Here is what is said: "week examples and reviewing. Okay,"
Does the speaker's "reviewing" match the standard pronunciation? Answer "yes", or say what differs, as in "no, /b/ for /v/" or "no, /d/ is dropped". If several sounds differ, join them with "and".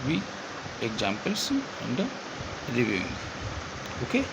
no, /l/ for /ɹ/